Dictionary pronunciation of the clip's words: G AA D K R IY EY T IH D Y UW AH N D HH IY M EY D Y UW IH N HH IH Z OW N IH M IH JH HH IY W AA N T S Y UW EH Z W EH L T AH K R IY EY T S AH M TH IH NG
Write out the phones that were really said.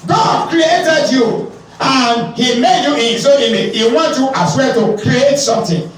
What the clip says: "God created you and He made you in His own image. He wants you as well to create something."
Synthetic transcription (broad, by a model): G AA D K R IY EY T IH D Y UW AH N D HH IY M EY D Y UW IH N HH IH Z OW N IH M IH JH HH IY W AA N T Y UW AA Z W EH T AH K R IY EY T S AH M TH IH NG